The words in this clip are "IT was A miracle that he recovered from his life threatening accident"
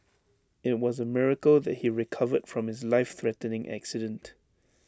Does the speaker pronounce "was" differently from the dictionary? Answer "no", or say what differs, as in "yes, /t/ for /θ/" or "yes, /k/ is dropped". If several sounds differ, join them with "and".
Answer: no